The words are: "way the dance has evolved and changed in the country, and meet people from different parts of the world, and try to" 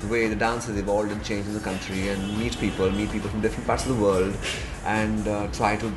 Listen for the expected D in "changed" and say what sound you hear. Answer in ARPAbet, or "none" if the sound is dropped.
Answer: none